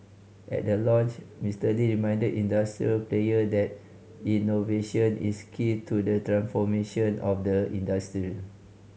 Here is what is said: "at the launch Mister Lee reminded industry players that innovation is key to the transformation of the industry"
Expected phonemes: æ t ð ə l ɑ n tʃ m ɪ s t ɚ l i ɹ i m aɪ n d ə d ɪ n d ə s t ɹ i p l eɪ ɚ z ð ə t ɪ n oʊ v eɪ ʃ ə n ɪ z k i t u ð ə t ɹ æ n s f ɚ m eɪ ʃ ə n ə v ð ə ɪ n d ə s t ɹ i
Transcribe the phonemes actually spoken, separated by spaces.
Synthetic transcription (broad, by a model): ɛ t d ə l ɑ n tʃ m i s t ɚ l i ɹ i m aɪ n d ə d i n d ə s t ɹ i p l eɪ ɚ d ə t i n oʊ v eɪ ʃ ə n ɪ s k i t u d ə t ɹ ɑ n s f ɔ m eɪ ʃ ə n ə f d ə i n d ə s t ɹ i